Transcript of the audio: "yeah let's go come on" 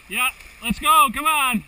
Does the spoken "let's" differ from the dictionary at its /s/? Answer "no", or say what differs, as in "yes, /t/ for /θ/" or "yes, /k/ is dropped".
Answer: no